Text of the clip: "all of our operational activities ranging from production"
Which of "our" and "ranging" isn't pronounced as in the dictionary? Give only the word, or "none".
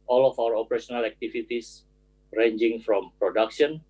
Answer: none